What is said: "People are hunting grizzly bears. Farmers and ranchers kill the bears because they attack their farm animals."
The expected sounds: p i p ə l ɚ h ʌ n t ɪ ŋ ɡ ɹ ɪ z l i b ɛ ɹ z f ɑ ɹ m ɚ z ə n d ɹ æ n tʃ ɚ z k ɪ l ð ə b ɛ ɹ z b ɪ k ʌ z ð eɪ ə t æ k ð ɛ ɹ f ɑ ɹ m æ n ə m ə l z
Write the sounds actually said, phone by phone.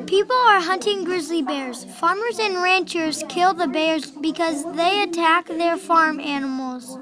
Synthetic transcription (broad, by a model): p i p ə l ɚ h ʌ n t ɪ ŋ ɡ ɹ ɪ z l i b ɛ ɹ z f ɑ ɹ m ɚ z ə n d ɹ æ n tʃ ɚ z k ɪ l ð ə b ɛ ɹ z b ɪ k ʌ z ð eɪ ə t æ k ð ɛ ɹ f ɑ ɹ m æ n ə m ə l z